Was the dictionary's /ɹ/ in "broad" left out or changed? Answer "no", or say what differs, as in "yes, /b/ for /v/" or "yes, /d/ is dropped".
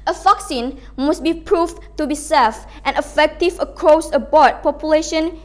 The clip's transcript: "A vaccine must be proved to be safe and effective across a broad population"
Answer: yes, /ɹ/ is dropped